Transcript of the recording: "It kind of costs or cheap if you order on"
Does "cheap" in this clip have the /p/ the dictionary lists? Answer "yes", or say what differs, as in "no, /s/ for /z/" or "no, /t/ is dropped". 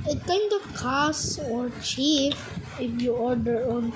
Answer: no, /f/ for /p/